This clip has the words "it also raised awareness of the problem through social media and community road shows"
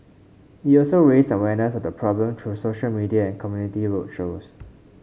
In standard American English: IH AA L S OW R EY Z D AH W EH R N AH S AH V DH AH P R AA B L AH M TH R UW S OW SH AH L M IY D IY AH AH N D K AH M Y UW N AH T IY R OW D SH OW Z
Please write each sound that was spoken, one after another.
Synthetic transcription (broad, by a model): IH AA L S OW R EY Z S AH W EH N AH S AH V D AH P R AA B L AH M T R UW S OW SH AH L M IY D IY AH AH N K AH M Y UW N AH T IY R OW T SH OW S